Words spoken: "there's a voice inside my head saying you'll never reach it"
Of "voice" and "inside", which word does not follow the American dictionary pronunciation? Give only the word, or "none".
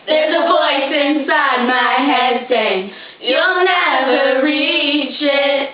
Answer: none